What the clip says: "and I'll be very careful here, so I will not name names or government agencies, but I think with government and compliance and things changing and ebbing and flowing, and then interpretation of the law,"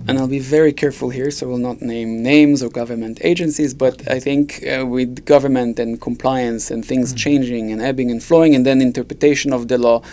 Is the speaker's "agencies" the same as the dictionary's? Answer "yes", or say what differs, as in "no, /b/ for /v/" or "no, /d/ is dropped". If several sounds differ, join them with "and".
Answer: yes